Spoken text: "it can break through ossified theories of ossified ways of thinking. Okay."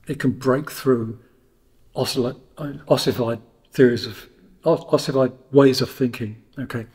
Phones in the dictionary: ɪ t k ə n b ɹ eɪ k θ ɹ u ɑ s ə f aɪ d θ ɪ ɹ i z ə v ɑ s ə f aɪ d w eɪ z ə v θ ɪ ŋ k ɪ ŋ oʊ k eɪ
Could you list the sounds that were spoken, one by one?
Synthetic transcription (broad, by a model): ɪ t k ə n b ɹ eɪ k θ ɹ u ɑ s ə f aɪ d θ ɪ ɹ i z ə v ɑ s ə f aɪ d w eɪ z ə v θ ɪ ŋ k ɪ ŋ oʊ k eɪ